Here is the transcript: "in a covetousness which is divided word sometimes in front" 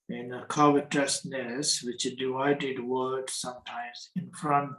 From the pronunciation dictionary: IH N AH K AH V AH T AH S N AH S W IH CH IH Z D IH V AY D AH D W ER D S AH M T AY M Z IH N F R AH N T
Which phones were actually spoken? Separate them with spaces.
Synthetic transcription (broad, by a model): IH N AH K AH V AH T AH S N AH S W IH CH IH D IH AY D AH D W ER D S AH M T AY M Z IH N F R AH N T